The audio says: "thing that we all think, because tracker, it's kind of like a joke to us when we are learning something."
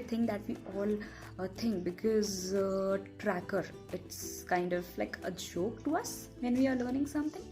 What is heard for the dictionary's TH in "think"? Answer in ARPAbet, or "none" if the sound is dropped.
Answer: T